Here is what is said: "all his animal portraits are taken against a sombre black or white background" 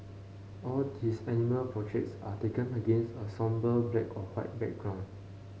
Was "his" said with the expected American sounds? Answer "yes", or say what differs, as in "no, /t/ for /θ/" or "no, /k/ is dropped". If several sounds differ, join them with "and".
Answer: no, /s/ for /z/